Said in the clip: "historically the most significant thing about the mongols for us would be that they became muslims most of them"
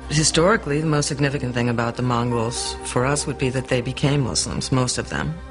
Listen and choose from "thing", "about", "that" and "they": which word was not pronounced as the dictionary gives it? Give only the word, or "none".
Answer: none